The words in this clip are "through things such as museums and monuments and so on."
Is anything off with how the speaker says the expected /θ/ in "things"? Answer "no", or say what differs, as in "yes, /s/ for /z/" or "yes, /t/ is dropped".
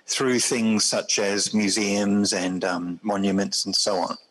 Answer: no